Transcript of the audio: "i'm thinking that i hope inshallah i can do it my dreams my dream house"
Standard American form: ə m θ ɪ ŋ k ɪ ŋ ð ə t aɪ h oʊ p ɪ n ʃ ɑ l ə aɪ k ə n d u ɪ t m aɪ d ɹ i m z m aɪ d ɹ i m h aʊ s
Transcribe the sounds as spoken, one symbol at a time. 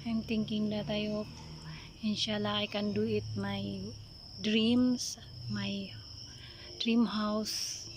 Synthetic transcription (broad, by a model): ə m t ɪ ŋ k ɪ ŋ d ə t aɪ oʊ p ɪ n ʃ ɑ l ə aɪ k ə n d u ɪ t m aɪ d ɹ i m s m aɪ d ɹ i m h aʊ s